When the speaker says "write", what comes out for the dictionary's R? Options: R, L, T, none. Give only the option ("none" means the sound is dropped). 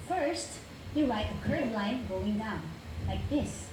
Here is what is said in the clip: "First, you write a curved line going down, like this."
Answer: L